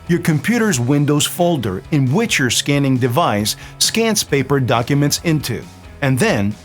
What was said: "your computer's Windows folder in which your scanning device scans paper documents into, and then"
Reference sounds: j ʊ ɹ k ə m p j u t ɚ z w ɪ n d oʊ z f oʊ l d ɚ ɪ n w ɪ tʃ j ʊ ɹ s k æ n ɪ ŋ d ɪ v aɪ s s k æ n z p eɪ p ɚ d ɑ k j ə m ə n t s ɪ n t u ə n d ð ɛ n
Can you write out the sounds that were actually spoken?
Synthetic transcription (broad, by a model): j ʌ ɹ k ə m p j u t ɚ z w ɪ n d oʊ z f oʊ l d ɚ ɪ n w ɪ tʃ j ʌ ɹ s k æ n ɪ ŋ d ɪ v aɪ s s k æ n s p eɪ p ɚ d ɑ k j ə m ə n t s ɪ n t u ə n ð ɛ n